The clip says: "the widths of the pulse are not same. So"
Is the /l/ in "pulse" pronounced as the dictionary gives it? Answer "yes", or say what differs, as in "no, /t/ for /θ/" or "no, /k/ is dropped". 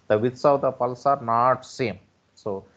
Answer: yes